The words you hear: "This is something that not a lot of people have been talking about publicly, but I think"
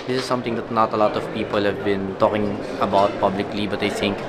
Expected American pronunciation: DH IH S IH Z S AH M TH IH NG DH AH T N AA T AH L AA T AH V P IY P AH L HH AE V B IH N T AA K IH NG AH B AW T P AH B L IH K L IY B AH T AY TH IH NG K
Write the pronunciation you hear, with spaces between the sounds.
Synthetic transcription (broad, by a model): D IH S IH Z S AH M T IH NG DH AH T N AA T AH L AA T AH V P IY P AH L HH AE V B IH N T AA K IH NG AH B AW T P AH B L IH K L IY B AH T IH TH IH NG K